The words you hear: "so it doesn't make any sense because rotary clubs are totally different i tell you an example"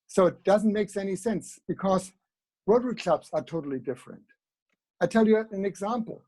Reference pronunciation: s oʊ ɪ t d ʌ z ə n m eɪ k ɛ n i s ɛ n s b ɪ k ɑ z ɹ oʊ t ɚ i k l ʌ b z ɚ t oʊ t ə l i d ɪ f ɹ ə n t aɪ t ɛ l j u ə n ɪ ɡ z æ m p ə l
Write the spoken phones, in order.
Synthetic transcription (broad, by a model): s oʊ ɪ t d ʌ z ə n m eɪ k ɛ n i s ɛ n s b ɪ k ɑ z w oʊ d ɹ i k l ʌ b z ɚ t oʊ t l i d ɪ f ɹ ə n t aɪ t ɛ l j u ə n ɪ ɡ z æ m p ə l